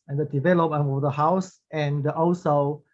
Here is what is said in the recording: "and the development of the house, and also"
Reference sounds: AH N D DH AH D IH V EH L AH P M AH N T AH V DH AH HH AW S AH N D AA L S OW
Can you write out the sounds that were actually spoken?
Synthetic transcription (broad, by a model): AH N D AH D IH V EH L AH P AH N AH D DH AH HH AW S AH N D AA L S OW